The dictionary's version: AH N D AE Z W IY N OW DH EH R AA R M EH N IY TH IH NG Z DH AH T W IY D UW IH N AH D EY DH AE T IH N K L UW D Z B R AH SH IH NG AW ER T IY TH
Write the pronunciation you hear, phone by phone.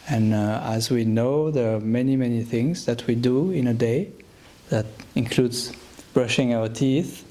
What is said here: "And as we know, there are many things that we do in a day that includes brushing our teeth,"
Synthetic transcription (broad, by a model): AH N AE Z W IY N OW DH EH R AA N M EH N IY TH IH NG Z DH AH T W IY D UW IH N AH D EY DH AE T IH N K L UW D Z B R AH SH IH NG AW ER T IY TH